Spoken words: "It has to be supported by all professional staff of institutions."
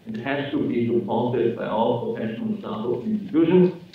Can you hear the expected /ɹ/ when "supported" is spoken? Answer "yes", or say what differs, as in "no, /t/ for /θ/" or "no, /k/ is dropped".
no, /l/ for /ɹ/